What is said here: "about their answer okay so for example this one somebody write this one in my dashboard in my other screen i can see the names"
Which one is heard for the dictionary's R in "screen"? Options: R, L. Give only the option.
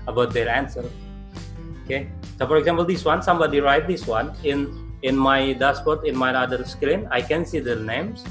L